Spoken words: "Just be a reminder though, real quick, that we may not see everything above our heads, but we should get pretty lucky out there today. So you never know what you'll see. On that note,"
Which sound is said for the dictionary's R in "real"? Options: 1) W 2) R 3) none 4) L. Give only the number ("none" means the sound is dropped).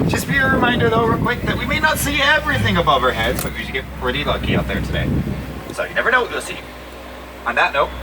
1